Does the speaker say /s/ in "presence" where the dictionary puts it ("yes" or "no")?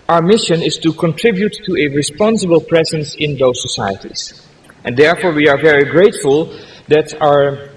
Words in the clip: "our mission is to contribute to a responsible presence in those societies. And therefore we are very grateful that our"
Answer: yes